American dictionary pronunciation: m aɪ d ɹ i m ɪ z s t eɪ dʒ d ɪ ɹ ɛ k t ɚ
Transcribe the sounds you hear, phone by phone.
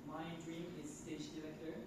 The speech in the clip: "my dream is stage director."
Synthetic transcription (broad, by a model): m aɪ d ɹ i m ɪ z s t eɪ ʃ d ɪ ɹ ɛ k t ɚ